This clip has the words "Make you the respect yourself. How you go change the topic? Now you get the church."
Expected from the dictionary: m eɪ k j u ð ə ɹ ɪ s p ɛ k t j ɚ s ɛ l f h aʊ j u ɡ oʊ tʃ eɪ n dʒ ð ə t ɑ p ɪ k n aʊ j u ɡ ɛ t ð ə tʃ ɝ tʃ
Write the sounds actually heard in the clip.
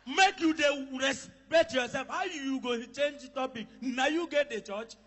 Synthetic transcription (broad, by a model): m eɪ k j u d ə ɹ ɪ s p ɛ t j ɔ s ɛ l f h aʊ j u ɡ oʊ tʃ eɪ n dʒ t ɑ p ɪ k n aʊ j u ɡ ɛ t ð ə tʃ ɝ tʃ